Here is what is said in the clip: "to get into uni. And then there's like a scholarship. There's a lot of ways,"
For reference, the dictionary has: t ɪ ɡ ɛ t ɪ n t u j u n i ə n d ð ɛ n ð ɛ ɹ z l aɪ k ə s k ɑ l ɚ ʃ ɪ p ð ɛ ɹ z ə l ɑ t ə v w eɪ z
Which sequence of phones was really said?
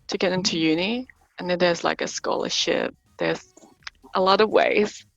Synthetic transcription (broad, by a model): t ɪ ɡ ɛ t ɪ n t u j u n i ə n ð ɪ n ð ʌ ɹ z l aɪ k ə s k ɑ l ɚ ʃ ɪ p ð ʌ ɹ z ə l ɑ t ə v w eɪ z